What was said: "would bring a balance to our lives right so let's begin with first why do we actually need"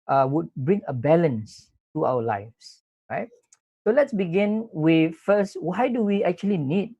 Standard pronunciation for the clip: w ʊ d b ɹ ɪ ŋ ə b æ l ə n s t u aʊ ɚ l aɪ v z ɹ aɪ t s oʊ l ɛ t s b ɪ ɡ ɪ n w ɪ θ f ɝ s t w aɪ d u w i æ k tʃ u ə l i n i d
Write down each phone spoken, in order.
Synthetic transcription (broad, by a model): w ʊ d b ɹ ɪ ŋ ə b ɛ l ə n s t u aʊ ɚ l aɪ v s ɹ aɪ t s oʊ l ɛ t s b ɪ ɡ ɪ n w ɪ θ f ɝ s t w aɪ d u w i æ k tʃ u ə l i n i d